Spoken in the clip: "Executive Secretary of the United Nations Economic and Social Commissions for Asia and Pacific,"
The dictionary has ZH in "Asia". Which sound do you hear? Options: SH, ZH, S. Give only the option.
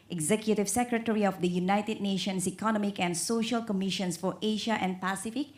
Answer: SH